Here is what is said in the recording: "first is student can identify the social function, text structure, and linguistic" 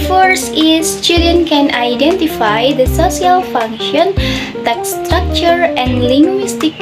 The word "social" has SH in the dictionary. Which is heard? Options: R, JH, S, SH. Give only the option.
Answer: S